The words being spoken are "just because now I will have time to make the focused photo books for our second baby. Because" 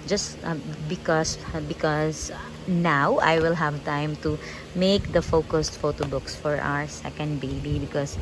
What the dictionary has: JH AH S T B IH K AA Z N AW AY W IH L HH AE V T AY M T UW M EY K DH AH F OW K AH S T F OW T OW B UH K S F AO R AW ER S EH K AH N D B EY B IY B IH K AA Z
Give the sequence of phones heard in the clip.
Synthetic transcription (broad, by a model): JH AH S T B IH K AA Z N AW AY W IH L HH AE V T AY M T UW M EY K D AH F OW K AH S T F OW T OW B UH K S F AO R AW ER S EH K AH N D B EY B IY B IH K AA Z